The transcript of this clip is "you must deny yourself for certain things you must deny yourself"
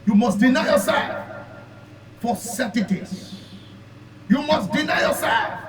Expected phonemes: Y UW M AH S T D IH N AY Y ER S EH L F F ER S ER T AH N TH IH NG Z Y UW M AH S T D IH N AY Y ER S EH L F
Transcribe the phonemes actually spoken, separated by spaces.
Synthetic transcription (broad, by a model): Y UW M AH S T D IH N AY Y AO S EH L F F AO S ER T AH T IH Z Y UW M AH S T D IH N AY Y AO S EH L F